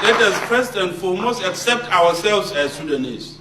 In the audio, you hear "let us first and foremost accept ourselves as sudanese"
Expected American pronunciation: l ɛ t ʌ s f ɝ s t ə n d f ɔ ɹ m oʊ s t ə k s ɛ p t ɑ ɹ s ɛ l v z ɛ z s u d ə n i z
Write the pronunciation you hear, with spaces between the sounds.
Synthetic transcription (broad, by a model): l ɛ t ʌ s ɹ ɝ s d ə n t f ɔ m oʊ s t ə k s ɛ p t ɑ w s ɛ l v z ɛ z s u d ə n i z